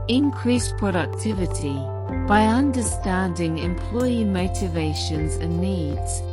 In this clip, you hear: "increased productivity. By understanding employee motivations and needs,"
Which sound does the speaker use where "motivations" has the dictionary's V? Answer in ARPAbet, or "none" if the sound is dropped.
V